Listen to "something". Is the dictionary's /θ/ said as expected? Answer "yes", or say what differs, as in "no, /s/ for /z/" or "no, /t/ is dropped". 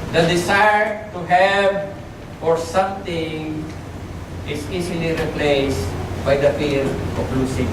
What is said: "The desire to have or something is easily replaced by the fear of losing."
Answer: no, /t/ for /θ/